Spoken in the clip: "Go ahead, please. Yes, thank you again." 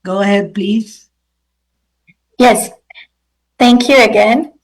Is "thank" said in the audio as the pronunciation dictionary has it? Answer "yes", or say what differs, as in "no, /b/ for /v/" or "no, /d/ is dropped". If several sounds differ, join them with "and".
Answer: yes